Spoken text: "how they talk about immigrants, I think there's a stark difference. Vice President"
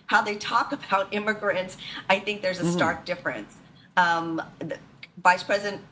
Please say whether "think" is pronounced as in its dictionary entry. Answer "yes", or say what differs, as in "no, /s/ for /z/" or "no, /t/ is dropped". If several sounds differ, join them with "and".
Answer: yes